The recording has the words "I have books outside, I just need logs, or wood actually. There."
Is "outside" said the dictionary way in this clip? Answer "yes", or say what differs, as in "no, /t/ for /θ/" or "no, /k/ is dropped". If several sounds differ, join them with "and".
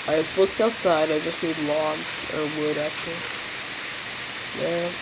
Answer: yes